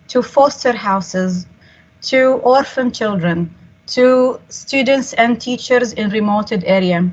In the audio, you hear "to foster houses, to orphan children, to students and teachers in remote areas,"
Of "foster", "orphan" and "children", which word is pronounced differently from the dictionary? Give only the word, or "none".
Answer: none